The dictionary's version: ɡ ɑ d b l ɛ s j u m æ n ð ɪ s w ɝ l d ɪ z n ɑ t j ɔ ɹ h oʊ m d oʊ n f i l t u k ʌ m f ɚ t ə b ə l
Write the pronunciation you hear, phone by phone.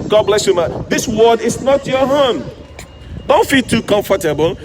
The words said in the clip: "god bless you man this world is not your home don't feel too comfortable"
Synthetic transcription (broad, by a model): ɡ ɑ d b l ɛ s j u m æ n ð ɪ s w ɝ d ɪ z n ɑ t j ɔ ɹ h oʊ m d oʊ n f i l t u k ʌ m f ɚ t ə b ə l